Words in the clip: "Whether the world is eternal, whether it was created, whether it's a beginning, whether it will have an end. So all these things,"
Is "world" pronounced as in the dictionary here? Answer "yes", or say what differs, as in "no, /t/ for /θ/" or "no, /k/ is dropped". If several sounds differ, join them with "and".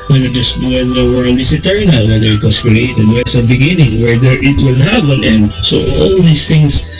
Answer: no, /n/ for /l/